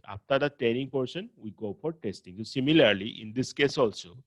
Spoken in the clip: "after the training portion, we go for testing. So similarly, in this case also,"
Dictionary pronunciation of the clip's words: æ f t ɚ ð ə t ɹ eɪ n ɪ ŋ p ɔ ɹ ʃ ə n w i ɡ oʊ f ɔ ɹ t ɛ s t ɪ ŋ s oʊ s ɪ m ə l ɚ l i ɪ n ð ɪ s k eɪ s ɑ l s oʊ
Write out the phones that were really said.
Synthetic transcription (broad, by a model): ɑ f t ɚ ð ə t eɪ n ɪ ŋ p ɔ ɹ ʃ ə n w i ɡ oʊ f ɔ ɹ t ɛ s t ɪ ŋ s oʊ s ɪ m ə l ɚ l i ɪ n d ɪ s k eɪ s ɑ l s oʊ